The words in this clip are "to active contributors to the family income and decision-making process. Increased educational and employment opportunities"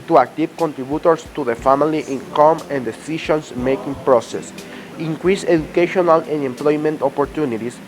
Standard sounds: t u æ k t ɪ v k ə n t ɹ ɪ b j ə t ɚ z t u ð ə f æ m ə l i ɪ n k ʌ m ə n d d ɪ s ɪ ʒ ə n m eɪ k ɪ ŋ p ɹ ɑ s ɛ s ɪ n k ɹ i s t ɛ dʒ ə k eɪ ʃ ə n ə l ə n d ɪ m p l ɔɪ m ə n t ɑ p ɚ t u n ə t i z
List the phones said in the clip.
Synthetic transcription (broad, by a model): t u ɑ k t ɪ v k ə n t ɹ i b j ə t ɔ s t u ð ə f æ m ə l i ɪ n k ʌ m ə n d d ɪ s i ʃ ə n m eɪ k ɪ ŋ p ɹ ɑ s ɛ s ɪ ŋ k ɹ i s ɛ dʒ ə k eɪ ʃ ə n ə l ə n ɪ m p l ɔɪ m ə n t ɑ p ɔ t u n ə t i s